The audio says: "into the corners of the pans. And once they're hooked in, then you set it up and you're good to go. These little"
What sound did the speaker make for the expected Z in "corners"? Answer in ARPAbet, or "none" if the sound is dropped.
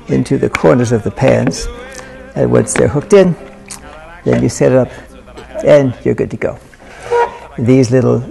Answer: Z